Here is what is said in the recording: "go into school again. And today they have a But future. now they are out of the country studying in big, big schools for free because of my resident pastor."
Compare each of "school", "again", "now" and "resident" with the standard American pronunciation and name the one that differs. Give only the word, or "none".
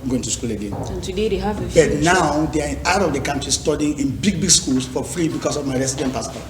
resident